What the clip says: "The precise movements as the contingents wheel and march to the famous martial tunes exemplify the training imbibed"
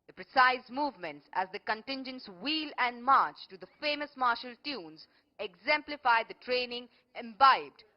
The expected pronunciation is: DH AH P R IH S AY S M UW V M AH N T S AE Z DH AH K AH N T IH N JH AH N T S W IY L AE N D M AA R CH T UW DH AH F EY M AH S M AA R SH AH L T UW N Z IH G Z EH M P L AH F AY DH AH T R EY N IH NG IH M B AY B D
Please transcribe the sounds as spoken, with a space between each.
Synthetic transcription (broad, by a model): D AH P R IH S AY S M UW V M AH N T S AE Z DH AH K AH N T IH N JH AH N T S W IY L AE N D M AA R CH T UW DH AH F EY M AH S M AA R SH AH L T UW N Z IH G Z EH M P L AH F AY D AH T R EY N IH NG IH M B AY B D